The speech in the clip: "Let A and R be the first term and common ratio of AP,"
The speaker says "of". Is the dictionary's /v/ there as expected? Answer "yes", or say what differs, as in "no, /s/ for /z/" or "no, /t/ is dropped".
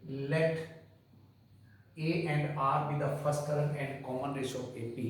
no, /p/ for /v/